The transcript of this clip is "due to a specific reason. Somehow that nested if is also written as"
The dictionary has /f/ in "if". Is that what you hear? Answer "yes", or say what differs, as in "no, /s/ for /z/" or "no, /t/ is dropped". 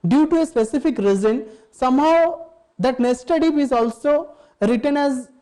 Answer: no, /p/ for /f/